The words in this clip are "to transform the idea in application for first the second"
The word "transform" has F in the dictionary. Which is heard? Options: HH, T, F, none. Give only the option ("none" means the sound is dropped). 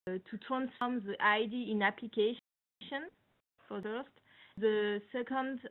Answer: none